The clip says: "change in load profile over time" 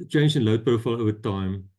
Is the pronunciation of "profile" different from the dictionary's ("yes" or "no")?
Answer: yes